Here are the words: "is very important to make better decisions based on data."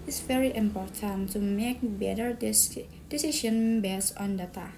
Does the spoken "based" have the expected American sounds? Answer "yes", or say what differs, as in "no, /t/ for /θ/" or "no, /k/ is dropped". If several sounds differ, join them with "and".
no, /t/ is dropped